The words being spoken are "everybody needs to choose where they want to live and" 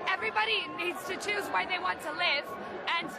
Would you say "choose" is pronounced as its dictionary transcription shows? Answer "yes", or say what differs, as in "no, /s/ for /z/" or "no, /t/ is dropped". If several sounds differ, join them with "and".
yes